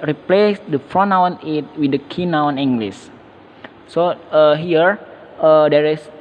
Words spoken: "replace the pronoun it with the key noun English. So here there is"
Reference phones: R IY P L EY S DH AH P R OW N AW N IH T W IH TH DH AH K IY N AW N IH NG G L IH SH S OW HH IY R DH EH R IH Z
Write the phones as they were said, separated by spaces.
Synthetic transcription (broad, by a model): R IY P L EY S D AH F R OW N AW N IH T W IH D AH K IY N AW N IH NG G L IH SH S OW HH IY R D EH R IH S